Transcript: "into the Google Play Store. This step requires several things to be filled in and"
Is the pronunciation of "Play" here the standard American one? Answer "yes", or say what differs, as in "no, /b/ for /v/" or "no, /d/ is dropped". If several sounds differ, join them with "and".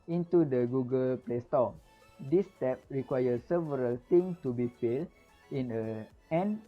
yes